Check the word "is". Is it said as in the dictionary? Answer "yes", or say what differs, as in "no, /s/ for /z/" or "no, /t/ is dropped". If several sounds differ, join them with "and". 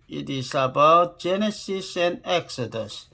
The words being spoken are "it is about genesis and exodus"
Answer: no, /s/ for /z/